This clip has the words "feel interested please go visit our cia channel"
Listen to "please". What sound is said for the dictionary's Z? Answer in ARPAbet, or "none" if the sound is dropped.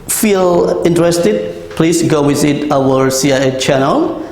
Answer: S